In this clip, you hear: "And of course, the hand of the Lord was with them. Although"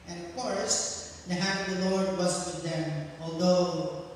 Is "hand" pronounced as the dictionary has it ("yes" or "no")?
no